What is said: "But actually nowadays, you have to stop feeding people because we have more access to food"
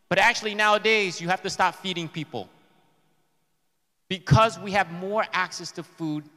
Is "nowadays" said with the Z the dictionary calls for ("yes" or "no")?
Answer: yes